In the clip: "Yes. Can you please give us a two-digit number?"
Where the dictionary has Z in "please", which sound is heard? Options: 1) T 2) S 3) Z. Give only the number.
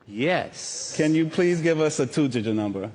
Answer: 3